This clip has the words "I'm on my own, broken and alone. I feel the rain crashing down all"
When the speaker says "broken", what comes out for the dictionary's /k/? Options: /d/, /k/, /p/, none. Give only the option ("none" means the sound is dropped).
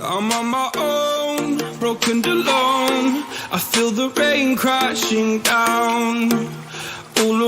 none